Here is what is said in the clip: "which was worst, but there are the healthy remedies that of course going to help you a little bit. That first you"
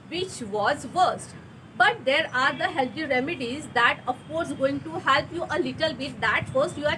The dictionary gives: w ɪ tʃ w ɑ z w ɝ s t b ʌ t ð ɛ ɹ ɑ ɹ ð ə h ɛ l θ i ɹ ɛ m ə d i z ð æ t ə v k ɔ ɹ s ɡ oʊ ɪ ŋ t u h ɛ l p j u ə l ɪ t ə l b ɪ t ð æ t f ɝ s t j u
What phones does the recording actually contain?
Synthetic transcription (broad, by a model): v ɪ tʃ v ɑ z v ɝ s t b ʌ t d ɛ ɹ ɑ ɹ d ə h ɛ l t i ɹ ɛ m ə d i z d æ t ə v k ɔ ɹ s ɡ oʊ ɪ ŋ t u h ɛ l p j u ə l ɪ t ə l b ɪ t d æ t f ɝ s t j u